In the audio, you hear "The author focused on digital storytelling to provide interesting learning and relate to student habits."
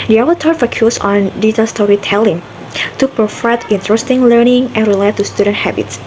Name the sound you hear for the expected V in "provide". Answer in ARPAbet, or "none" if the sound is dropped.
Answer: F